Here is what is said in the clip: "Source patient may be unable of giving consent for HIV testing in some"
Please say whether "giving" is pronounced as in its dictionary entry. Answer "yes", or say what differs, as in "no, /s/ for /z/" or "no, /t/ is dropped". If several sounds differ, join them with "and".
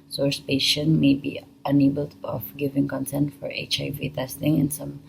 yes